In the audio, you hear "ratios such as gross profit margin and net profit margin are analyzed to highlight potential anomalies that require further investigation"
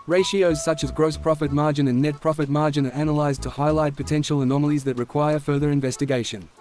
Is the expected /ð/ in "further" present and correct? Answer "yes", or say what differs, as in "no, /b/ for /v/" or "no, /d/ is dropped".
yes